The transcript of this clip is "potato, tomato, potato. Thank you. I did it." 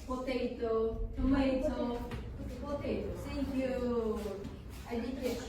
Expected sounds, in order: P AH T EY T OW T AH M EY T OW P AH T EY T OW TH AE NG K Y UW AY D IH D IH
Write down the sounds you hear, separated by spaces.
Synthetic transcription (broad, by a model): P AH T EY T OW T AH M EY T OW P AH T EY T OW S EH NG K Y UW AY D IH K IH